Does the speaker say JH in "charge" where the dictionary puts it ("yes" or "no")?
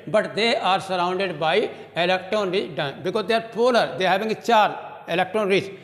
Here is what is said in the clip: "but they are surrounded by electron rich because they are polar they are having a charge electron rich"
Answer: no